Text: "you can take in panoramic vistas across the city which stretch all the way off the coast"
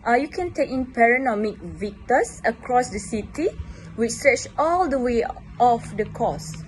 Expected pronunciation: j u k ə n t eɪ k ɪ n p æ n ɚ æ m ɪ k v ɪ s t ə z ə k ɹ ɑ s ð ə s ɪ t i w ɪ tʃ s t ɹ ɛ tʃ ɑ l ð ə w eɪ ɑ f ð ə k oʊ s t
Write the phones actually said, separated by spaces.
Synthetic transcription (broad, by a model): j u k ə n t eɪ k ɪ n p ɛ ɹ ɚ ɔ m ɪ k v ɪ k t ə s ə k ɹ ɑ s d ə s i t i w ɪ tʃ s t ɹ ɛ tʃ ɑ l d ə w eɪ ɑ f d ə k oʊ s